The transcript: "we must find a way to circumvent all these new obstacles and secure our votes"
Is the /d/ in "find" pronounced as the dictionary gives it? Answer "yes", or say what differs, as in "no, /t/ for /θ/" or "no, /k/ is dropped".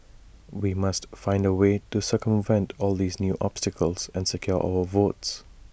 yes